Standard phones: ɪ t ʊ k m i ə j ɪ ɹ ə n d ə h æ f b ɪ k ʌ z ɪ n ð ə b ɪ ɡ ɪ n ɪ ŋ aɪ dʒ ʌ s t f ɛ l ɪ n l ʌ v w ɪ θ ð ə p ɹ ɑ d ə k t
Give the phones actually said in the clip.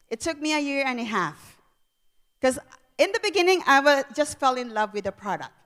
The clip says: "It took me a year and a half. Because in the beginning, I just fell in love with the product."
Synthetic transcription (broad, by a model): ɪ t ʊ k m i ə j ɪ ɹ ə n ə h æ f k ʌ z ɪ n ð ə b ɪ ɡ ɪ n ɪ ŋ aɪ dʒ ʌ s t f ɛ l ɪ n l ʌ v w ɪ ð ə p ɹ ɑ d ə k t